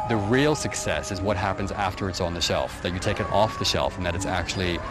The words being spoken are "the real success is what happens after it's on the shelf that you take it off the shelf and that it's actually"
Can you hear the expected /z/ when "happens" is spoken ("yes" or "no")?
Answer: yes